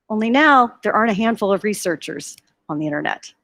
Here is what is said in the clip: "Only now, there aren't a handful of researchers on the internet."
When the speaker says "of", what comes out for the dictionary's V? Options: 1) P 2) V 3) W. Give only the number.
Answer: 2